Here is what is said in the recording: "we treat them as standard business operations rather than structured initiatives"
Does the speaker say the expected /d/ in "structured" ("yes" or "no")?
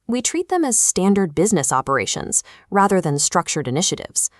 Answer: yes